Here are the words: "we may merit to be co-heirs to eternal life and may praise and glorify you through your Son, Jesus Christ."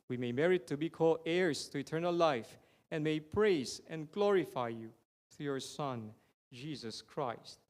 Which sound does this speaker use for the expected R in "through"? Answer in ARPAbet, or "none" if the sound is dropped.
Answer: none